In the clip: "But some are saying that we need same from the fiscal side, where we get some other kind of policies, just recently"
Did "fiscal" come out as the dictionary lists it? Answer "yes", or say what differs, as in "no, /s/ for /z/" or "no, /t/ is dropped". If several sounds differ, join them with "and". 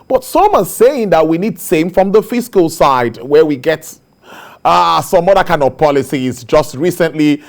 yes